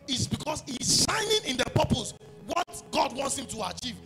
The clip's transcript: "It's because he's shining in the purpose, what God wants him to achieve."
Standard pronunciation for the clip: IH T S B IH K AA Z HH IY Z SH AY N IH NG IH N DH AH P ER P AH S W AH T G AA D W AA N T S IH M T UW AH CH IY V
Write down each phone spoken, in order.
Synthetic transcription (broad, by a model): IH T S B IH K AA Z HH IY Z SH AY N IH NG IH N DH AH P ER P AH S W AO T G AA D W AA N T S IH M T UW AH CH IY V